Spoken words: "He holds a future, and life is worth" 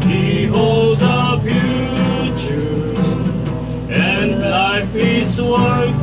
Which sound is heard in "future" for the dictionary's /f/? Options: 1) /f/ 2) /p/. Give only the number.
2